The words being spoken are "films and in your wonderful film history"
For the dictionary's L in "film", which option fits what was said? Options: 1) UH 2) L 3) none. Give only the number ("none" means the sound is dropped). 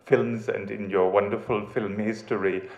2